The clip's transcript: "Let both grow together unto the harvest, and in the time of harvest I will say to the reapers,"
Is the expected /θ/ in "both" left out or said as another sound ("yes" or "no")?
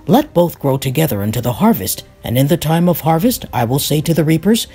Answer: no